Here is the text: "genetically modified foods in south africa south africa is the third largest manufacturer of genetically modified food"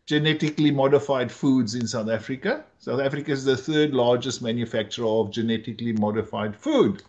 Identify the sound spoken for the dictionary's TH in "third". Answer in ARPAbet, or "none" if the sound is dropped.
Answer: T